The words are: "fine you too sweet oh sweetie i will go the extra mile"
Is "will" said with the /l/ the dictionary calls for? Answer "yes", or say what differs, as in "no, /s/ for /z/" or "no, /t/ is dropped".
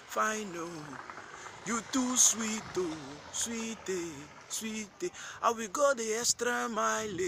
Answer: no, /w/ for /l/